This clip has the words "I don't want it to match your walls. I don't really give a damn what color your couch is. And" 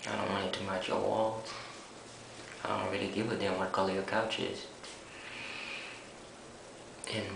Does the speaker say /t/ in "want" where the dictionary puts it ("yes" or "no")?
no